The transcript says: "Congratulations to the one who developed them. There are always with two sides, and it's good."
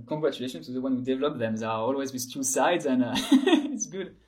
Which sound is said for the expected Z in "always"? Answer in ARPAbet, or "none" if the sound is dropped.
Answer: Z